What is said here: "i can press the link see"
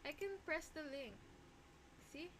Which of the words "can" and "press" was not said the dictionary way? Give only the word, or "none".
none